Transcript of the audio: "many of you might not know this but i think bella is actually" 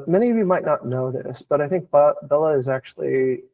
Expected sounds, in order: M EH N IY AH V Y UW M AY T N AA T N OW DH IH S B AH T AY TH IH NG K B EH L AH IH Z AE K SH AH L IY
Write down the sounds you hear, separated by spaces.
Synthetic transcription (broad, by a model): M EH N IY AH V Y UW M AY T N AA T N OW DH IH S B AH T AY TH IH NG K B EH L AH IH Z AE K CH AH L IY